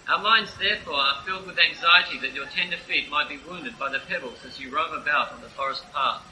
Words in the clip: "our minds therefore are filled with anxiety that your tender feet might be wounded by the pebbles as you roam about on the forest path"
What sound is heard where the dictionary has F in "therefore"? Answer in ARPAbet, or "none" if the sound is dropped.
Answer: F